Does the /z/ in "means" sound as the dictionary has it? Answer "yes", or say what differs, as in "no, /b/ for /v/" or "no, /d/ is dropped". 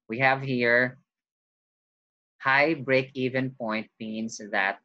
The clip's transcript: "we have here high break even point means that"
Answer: no, /s/ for /z/